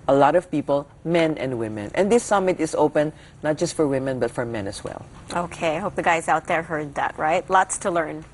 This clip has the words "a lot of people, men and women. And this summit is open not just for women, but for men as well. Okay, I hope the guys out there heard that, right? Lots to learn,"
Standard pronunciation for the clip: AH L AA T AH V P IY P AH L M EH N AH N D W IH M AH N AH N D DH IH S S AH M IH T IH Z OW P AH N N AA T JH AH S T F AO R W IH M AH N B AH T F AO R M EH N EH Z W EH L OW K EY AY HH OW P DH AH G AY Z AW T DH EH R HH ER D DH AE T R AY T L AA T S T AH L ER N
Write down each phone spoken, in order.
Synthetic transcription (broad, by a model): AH L AA T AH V P IY P AH L M EH N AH N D W IH M AH N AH N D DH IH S S AH M IH T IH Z OW P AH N N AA T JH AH S T F AO R W IH M AH N B AH T F AO R M EH N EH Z W EH L OW K EY AY HH OW P DH AH G AY Z AW T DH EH R HH ER D DH AE T R AY T L AA T S T AH L ER N